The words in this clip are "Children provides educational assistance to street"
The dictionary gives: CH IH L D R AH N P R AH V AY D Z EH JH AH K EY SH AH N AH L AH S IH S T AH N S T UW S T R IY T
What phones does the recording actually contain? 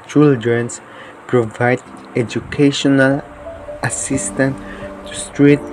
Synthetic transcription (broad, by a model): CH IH L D R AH N P R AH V AY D EH JH AH K EY SH AH N AH L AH S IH S T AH N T T UW S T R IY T